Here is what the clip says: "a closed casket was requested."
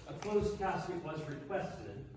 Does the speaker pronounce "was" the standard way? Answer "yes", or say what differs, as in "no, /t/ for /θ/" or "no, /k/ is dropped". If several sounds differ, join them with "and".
yes